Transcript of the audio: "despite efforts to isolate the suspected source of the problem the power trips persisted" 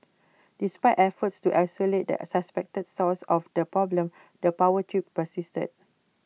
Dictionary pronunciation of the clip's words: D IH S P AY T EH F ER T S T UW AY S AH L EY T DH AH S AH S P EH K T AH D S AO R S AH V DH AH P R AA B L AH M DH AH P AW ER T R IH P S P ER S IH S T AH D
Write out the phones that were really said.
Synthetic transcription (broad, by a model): D IH S P AY T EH F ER T S T UW AY S AH L EY T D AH S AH S P EH K T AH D S AO L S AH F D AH P R AA B L AH M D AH P AW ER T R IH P P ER S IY S T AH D